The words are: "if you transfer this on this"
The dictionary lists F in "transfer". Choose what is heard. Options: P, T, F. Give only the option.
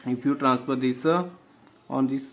P